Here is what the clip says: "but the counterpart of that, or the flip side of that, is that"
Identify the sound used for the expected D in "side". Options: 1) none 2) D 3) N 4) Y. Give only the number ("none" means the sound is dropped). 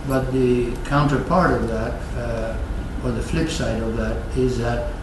2